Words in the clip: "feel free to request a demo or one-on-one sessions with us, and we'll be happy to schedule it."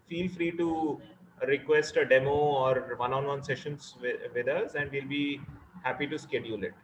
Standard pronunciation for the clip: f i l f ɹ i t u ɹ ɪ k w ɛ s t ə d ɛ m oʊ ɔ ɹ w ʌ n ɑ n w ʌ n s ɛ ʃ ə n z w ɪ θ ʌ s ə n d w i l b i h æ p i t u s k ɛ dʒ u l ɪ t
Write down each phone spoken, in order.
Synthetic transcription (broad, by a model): f i l f ɹ i t u ɹ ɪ k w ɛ s t ə d ɛ m oʊ ɔ ɹ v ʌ n ɑ n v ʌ n s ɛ ʃ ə n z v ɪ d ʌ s ə n d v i l b i h æ p i t u s k ɛ dʒ u l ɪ t